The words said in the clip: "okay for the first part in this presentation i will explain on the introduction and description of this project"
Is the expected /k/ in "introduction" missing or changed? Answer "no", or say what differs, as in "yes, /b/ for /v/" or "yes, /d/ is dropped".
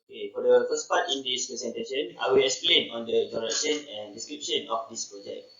yes, /k/ is dropped